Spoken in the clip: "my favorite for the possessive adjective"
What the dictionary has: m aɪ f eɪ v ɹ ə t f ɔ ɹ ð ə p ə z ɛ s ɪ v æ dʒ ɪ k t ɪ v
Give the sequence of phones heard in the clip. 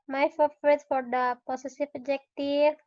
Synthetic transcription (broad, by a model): m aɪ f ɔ f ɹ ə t f ɔ ɹ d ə p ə s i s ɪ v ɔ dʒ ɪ k t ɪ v